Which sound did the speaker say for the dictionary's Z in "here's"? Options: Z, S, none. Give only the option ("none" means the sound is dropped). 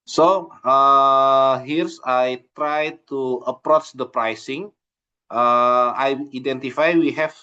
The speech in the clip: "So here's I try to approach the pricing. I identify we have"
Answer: S